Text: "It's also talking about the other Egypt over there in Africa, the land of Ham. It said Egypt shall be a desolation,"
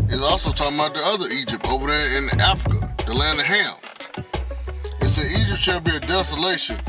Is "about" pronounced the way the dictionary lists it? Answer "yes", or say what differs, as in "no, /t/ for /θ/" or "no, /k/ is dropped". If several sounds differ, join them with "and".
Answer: no, /b/ is dropped